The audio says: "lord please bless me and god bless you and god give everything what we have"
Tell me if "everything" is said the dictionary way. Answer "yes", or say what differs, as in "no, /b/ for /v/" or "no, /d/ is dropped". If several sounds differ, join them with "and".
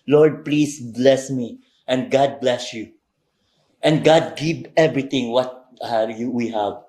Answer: no, /t/ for /θ/